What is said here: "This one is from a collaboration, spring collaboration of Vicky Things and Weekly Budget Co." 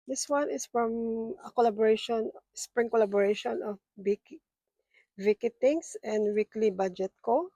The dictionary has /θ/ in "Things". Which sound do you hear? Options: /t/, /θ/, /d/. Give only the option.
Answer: /t/